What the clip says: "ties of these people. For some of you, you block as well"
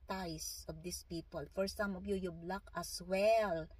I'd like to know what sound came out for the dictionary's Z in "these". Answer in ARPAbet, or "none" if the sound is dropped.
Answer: S